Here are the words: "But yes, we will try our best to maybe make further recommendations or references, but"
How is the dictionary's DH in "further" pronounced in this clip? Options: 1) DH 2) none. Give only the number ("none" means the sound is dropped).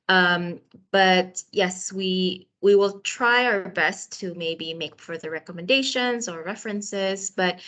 1